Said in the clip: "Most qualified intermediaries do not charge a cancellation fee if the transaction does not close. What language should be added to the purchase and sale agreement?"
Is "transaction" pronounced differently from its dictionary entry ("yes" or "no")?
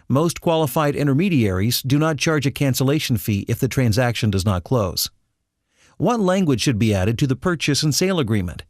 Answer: no